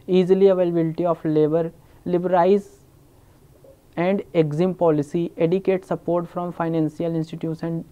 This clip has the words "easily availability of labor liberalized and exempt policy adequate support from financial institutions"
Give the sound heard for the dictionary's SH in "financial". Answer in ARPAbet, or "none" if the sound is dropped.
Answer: S